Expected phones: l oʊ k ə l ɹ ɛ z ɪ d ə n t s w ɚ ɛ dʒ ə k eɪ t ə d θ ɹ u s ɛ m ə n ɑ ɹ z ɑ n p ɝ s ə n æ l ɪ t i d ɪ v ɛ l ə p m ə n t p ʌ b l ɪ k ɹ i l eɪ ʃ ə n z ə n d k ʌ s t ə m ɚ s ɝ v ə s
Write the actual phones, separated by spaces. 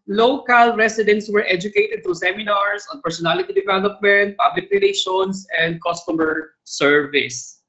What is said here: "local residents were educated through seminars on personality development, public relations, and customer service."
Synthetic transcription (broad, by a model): l oʊ k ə l ɹ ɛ s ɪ d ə n t s w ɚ ɛ dʒ ə k eɪ t ə d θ ɹ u s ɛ m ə n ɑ ɹ s ɑ n p ɝ s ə n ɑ l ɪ t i d ɪ v ɛ l ə p m ə n t p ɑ b l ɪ k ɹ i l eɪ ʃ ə n s ə n d k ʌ s t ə m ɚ s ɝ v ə s